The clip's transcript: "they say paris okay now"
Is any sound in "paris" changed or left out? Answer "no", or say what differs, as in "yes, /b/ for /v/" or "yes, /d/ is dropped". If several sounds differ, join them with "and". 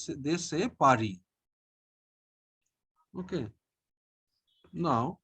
yes, /s/ is dropped